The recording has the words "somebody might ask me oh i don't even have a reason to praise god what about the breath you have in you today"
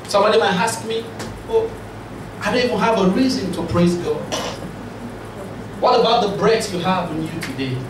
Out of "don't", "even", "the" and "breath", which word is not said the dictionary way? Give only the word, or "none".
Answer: breath